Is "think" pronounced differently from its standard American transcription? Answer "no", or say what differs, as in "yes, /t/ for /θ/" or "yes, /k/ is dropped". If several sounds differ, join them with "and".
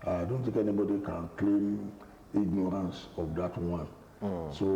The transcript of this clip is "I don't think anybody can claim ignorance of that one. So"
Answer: yes, /t/ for /θ/